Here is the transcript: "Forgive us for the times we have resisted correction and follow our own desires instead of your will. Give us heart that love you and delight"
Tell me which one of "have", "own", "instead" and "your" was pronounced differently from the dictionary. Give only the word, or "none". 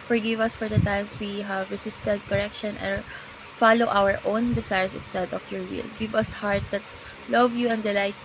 none